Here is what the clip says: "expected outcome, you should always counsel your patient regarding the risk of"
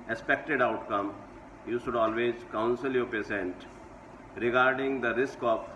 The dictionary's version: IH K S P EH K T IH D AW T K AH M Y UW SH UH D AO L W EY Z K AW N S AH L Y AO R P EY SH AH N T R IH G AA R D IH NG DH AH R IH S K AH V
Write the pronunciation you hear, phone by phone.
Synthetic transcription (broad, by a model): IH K S P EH K T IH D AW T K AH M Y UW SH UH D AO L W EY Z K AW N S AH L Y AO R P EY S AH N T R IH G AA R D IH NG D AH R IH S K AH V